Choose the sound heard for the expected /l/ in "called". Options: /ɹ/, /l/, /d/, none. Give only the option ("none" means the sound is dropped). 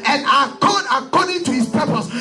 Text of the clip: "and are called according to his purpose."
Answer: none